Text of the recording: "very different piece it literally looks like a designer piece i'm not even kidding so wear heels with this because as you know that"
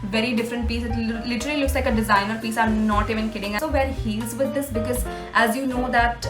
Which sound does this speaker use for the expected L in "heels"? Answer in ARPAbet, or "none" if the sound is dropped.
none